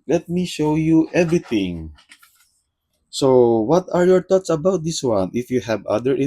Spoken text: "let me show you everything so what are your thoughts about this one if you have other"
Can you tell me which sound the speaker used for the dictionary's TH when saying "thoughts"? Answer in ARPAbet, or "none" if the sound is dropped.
T